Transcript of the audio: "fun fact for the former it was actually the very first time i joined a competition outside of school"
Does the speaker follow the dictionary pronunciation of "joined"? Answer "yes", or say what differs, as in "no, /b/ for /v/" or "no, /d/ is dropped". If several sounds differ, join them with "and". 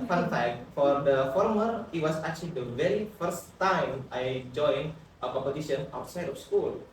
no, /d/ is dropped